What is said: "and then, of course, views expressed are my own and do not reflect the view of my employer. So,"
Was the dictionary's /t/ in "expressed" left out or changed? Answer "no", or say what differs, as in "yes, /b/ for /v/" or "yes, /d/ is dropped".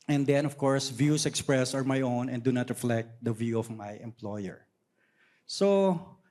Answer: yes, /t/ is dropped